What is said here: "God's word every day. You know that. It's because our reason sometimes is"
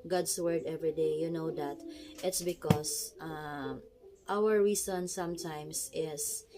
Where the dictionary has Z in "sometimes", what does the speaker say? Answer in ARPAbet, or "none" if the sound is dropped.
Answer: S